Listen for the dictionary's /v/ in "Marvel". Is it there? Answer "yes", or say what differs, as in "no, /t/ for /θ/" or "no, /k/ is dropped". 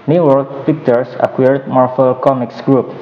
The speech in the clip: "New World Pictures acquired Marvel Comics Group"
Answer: no, /f/ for /v/